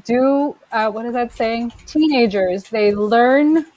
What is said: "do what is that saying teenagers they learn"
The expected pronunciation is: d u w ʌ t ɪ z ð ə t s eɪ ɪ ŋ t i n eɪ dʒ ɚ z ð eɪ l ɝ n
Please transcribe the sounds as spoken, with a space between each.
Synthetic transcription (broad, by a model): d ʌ w ʌ t ɪ z ð ə t s eɪ ɪ ŋ t i n eɪ dʒ ɚ z ð eɪ l ɝ n